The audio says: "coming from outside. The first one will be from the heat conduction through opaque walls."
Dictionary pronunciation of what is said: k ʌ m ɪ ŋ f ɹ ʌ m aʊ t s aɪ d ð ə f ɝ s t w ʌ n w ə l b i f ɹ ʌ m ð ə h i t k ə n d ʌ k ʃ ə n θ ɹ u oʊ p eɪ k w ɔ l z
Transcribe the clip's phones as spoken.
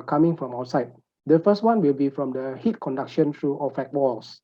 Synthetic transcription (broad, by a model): k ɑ m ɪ ŋ f ɹ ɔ m aʊ t s aɪ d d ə f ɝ s t w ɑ n w ə l b i f ɹ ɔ m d ə h i t k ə n d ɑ k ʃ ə n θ ɹ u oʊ f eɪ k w ɔ l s